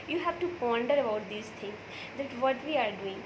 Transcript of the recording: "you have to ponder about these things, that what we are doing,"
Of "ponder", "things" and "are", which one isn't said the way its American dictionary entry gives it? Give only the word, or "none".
things